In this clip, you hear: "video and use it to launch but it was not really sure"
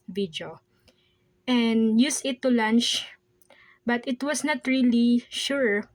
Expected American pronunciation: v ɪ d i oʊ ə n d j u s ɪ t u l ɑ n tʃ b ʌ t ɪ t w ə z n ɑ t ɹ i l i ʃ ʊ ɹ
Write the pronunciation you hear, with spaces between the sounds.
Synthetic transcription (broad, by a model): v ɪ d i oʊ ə n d j u s ɪ t u l ɑ n tʃ b ʌ t ɪ t w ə s n ɑ t ɹ i l i ʃ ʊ ɹ